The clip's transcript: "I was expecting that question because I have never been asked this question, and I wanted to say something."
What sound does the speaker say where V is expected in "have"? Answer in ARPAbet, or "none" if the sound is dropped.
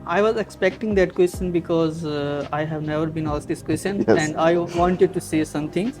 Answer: V